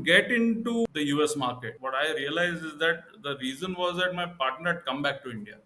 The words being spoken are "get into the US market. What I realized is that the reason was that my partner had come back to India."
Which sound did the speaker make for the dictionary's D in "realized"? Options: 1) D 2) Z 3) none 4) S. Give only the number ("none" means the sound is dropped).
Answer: 3